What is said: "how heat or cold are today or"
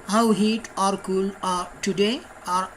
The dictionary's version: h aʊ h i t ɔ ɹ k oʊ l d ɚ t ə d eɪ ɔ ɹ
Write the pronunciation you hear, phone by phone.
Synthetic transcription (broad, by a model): h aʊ h i t ɔ ɹ k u l ɚ t ə d eɪ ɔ ɹ